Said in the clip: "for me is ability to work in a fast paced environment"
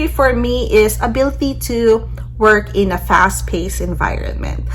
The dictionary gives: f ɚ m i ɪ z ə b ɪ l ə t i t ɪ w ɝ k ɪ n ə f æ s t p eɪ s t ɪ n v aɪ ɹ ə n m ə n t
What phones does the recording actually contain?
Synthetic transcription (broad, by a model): f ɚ m i ɪ z ə b ɪ l ə t i t ɪ w ɝ k ɪ n ə f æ s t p eɪ s ɪ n v aɪ ɹ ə n m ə n t